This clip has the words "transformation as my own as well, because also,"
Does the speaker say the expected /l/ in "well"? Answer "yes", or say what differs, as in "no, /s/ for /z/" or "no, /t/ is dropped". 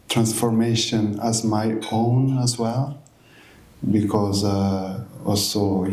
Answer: yes